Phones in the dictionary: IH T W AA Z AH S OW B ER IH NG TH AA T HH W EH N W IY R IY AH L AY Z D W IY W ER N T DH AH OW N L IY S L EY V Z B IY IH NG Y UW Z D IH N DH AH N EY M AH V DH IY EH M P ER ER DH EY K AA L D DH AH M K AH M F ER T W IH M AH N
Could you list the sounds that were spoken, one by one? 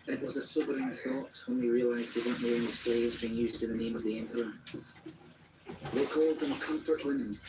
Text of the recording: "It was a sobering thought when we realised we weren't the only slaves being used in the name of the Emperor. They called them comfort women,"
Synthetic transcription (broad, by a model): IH T W AA Z AH S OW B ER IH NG TH AA T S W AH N W IY R IY AH L AY Z D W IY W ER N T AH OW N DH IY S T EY Z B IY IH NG Y UW Z D IH N DH AH N EY M AH V DH IY EH M P ER ER DH EY K AA L D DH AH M K AH M F ER T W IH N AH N